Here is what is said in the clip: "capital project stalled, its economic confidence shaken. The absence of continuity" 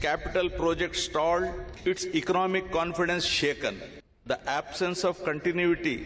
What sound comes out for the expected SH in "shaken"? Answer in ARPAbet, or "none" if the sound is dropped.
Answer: SH